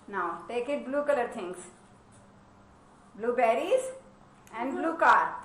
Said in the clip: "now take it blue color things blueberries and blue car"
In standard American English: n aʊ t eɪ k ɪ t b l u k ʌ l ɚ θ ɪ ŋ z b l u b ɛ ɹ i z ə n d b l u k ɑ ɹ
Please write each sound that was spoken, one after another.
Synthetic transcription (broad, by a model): n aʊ t eɪ k ɪ t b l u k ʌ l ɚ t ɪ ŋ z b l u b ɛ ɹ i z ə n d b l u k ɑ ɹ